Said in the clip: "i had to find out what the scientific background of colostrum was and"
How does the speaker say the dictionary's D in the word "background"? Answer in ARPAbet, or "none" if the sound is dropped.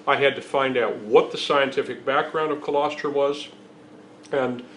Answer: D